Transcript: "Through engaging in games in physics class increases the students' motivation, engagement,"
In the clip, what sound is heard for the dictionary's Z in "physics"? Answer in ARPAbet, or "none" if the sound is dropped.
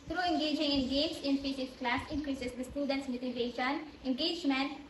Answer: S